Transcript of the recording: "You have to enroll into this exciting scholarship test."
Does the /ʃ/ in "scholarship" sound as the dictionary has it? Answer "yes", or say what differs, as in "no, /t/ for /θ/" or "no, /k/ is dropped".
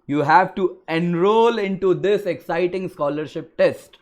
yes